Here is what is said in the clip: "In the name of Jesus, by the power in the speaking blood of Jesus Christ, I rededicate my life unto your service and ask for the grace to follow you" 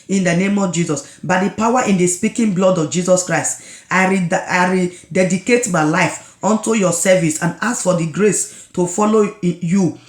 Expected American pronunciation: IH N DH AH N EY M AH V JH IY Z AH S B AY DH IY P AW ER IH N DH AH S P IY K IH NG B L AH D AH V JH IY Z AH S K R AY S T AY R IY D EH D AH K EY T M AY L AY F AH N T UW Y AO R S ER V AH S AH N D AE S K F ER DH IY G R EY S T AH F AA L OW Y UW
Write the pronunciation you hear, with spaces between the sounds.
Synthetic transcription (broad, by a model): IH N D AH N EY M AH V JH IY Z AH S B AY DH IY P AW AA IH N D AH S P IY K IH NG B L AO D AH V JH IY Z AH S K R AY S T AY R IY D EH D AH K EY T M AY L AY F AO N T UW Y AO S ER V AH S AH N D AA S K F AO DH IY G R EY S T AH F AA L OW Y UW